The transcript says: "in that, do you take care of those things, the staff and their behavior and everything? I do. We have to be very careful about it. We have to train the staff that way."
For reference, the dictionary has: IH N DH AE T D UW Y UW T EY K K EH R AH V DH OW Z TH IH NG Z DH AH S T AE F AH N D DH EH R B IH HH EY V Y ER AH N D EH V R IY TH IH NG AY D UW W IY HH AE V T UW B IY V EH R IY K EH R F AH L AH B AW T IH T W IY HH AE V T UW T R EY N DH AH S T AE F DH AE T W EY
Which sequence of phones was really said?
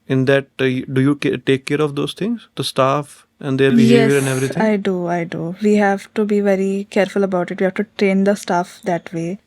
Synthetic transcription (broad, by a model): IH N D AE T D UW Y UW T EY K K EH R AH V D OW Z T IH NG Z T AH S T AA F AH N D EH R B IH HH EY Y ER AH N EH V R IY T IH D AY D UW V IY HH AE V T UW B IY V EH R IY K EH R F AH L AH B AW T IH T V IY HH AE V T UW T R EY N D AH S T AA F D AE T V EY